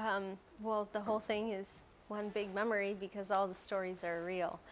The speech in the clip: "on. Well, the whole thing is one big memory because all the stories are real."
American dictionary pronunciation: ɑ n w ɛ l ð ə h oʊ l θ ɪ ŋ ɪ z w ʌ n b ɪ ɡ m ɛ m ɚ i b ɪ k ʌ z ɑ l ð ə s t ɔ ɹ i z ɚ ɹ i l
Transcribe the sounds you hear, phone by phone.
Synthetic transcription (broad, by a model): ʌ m w ɛ l ð ə h oʊ l θ ɪ ŋ ɪ z w ʌ n b ɪ ɡ m ɛ m ɚ i b ɪ k ʌ z ɑ l ð ə s t ɔ ɹ i z ɚ ɹ i l